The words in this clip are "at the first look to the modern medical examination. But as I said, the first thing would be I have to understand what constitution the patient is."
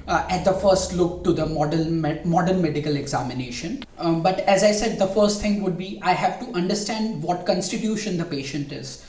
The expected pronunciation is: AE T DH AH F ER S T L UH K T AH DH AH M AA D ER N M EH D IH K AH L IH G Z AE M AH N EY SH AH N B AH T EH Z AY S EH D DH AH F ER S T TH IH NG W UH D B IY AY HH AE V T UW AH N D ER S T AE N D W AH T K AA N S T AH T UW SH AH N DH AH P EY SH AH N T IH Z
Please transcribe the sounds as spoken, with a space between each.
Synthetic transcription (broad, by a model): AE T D AH F ER S T L UH K T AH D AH M AA D ER N M EH D IH K AH L IH G Z AE M AH N EY SH AH N B AH T EH Z AY S EH D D AH F ER S T T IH NG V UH D B IY AY HH AE V T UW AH N D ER S T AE N D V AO T K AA N S T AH T UW SH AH N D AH P EY SH AH N T IH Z